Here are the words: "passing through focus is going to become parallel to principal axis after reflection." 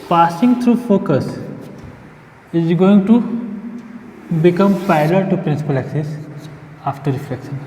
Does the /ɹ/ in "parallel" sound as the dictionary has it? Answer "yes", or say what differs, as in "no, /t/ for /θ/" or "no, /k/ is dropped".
no, /ɹ/ is dropped